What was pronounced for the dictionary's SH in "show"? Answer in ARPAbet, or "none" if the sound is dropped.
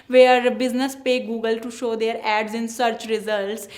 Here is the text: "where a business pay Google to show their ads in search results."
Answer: SH